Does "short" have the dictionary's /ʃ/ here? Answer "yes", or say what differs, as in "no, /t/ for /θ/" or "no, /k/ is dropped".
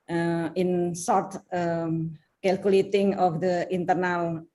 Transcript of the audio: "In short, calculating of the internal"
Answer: no, /s/ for /ʃ/